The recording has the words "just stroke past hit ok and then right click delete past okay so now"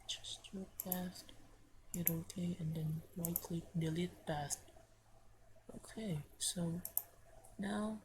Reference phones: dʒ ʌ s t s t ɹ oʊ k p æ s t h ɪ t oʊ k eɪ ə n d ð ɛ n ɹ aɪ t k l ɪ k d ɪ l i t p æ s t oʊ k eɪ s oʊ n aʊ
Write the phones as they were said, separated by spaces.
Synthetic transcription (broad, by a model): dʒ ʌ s s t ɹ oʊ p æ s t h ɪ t oʊ k eɪ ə n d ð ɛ n l aɪ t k l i d ɪ l i t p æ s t oʊ k eɪ s oʊ n aʊ